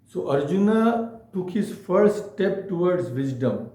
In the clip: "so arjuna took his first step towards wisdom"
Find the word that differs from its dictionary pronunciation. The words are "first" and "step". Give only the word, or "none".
first